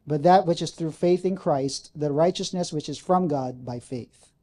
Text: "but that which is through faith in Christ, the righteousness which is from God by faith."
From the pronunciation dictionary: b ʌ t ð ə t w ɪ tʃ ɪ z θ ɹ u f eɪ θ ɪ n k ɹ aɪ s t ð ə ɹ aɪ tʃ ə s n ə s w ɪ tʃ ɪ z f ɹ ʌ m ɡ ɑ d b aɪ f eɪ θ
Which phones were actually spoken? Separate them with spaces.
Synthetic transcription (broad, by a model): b ʌ t ð ə t w ɪ tʃ ɪ z θ ɹ u f eɪ θ ɪ n k ɹ aɪ s t ð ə ɹ aɪ tʃ ə s n ə s w ɪ tʃ ɪ z f ɹ ʌ m ɡ ɑ d b aɪ f eɪ θ